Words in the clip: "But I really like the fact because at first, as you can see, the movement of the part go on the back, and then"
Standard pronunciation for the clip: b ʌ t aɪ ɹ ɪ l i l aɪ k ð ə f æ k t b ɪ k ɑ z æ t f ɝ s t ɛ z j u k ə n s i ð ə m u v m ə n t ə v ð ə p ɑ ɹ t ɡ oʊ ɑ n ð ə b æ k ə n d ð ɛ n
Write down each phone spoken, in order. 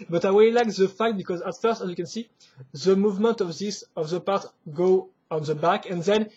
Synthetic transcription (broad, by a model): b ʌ t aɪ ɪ w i l aɪ k ð ə f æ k t b ɪ k ɑ z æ t f ɝ s t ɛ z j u k ə n s i ð ə m u v m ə n t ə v ð ə p ɑ ɹ t ɡ oʊ ɑ n ð ə b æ k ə n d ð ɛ n